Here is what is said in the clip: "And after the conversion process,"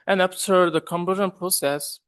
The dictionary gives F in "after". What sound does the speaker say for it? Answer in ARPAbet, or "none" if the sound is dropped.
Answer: P